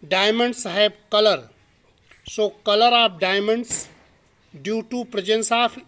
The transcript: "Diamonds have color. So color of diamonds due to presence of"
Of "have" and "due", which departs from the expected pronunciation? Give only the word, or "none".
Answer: have